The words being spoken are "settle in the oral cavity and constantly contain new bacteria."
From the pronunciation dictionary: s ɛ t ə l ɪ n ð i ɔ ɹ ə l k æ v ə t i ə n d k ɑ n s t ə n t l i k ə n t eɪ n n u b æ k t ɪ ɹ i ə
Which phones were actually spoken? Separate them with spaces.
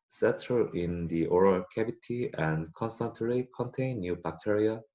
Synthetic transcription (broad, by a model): s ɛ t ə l ɪ n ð i ɔ ɹ ə l k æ b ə t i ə n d k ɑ n s t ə n t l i k ə n t eɪ n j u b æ k t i ɹ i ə